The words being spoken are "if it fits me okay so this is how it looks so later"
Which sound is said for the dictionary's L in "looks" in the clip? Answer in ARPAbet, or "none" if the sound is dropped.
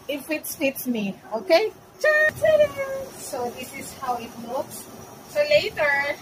W